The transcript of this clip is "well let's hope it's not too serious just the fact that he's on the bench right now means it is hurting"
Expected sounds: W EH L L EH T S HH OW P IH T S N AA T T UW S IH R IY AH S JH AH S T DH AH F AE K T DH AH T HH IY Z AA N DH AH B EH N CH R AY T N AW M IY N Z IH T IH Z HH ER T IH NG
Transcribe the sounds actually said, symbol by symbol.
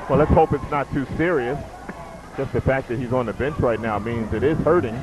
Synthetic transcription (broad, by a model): W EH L L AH T S HH OW P IH T S N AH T T UW S IH R IY AH S JH AH S T DH AH F AE K DH AH T HH IY Z N DH AH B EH N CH R AY T N AW M IY N Z IH T IH Z HH ER T IH NG